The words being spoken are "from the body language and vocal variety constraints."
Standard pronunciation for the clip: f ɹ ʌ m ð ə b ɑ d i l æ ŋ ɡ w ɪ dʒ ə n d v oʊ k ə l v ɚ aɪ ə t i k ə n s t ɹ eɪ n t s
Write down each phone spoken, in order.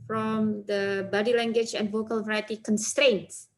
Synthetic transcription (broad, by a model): f ɹ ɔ m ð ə b ɑ d i l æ ŋ ɡ w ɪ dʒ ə n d v oʊ k ə l v ɚ aɪ ə t i k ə n s t ɹ eɪ n t s